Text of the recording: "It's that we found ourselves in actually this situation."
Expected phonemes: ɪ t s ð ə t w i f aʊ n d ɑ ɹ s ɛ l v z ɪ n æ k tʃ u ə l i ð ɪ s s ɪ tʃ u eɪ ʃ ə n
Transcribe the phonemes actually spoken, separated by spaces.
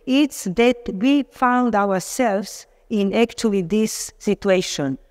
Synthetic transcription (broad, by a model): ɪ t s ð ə t w i f aʊ n d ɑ w s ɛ l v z ɪ n æ k tʃ u ə l i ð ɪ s s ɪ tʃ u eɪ ʃ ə n